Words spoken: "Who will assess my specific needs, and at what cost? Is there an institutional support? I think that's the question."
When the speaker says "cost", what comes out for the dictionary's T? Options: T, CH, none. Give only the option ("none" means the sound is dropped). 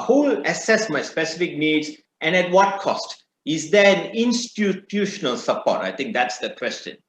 T